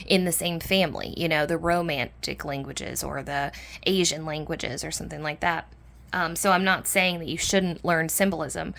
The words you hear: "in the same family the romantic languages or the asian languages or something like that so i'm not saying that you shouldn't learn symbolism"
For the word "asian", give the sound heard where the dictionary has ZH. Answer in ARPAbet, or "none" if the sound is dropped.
ZH